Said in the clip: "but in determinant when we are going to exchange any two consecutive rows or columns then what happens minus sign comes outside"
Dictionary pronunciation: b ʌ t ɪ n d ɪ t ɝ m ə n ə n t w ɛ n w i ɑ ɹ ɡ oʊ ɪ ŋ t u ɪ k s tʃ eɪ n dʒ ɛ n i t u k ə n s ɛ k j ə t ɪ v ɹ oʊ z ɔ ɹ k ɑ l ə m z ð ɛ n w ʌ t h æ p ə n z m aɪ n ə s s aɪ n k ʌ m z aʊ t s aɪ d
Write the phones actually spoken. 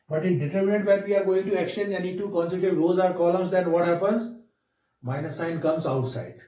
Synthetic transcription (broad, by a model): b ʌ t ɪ d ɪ t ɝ m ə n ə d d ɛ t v i ɑ ɹ ɡ oʊ ɪ ŋ t u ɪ k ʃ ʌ n ɛ n i t u k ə n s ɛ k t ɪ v ɹ oʊ z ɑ ɹ k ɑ l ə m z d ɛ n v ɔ t h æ p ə n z m aɪ n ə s s aɪ n k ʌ m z aʊ t s aɪ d